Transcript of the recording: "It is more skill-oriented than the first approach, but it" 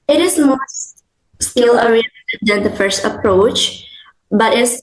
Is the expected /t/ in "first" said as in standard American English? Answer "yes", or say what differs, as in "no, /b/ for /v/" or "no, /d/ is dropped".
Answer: yes